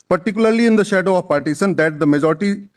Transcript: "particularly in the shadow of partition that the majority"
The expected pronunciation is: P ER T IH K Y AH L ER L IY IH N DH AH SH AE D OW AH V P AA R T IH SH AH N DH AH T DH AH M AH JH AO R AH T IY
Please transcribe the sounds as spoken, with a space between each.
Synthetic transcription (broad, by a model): P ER T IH K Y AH L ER L IY IH N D AH SH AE D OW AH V P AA R T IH S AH N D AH T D AH M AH JH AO R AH T IY